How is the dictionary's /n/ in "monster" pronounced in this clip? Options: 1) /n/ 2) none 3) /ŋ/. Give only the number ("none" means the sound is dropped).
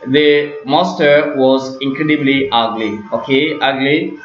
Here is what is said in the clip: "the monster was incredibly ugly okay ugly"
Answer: 2